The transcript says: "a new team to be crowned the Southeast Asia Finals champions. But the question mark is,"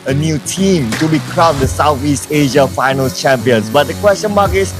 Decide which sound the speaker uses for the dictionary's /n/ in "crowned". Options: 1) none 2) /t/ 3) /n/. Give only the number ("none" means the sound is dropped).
1